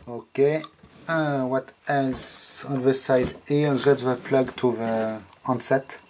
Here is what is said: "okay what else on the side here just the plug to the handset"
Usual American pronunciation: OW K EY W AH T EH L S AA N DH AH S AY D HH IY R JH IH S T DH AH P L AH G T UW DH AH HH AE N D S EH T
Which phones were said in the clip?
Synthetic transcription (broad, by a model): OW K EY W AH T EH L S AA N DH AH S AY D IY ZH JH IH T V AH P L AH G T UW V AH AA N S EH T